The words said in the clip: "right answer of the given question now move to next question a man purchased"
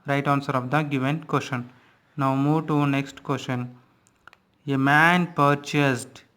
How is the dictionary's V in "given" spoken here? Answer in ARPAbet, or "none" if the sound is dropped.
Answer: V